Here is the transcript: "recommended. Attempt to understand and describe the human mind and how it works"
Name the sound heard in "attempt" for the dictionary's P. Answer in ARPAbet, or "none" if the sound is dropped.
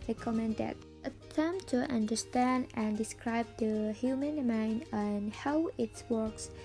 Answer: none